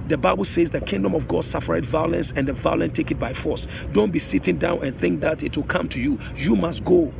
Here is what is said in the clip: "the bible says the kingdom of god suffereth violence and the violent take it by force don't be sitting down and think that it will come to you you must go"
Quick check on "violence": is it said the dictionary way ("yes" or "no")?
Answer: yes